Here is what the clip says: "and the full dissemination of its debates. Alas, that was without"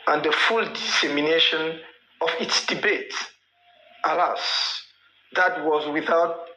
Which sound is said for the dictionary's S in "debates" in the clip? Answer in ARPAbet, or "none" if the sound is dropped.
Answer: none